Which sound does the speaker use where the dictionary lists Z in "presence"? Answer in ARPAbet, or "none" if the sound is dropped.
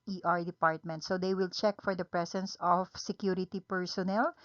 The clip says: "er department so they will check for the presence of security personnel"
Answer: S